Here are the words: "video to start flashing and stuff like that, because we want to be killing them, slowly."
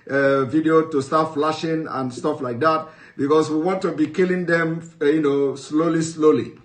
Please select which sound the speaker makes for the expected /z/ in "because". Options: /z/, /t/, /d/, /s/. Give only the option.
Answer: /s/